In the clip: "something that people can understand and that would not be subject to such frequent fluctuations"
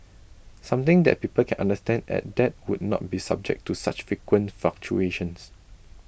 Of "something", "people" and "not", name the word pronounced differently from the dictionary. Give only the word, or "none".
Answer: something